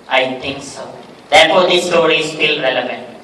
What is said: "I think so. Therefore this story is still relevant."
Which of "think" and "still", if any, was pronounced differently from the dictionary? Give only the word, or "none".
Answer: think